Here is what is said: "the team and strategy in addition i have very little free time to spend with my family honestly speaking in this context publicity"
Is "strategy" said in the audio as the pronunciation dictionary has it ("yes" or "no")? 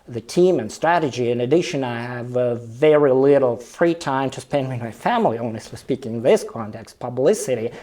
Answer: yes